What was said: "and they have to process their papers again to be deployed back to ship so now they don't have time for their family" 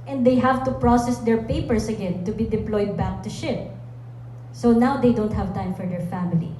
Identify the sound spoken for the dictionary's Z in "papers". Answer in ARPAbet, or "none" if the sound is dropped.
S